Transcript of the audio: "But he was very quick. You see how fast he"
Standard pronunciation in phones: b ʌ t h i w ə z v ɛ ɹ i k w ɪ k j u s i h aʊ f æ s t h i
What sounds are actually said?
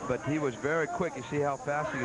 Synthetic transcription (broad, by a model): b ʌ t h i w ə z v ɛ ɹ i k w ɪ k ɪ s i h aʊ f æ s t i